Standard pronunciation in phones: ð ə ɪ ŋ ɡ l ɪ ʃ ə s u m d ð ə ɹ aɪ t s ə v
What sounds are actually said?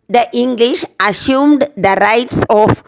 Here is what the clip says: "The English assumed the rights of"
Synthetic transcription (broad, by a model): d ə ɪ ŋ ɡ l ɪ ʃ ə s u m d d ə ɹ aɪ t s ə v